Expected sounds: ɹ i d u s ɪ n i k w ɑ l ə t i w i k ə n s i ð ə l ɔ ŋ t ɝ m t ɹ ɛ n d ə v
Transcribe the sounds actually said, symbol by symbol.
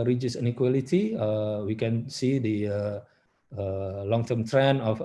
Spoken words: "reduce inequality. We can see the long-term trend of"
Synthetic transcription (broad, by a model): ɹ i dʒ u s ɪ n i k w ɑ l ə t i w i k ə n s i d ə l ɔ ŋ t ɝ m t ɹ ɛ n ə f